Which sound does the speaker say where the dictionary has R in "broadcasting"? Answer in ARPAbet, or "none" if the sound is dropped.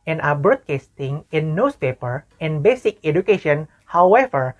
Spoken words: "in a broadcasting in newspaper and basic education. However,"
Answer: none